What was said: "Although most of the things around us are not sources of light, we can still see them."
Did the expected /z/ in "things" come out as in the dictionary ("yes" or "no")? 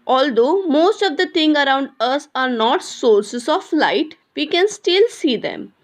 no